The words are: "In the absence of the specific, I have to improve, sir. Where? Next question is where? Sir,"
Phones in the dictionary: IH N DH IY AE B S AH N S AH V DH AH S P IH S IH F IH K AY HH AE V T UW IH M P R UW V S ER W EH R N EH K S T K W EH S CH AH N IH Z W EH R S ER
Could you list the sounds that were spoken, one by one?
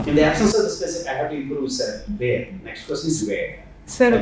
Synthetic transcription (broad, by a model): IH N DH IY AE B S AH N S AH V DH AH S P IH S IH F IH IH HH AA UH T UW IH M P R UW V S ER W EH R N EH K S T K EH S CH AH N IH Z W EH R S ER